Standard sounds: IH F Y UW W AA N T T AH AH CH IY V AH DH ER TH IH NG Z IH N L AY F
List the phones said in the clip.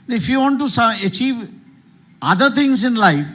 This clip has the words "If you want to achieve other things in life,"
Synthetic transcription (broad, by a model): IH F Y UW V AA N T S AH AH CH IY V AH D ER T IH NG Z IH N L AY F